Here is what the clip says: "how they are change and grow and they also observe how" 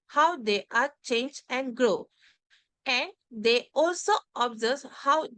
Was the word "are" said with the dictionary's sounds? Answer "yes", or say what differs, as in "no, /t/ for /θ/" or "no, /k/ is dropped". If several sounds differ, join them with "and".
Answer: yes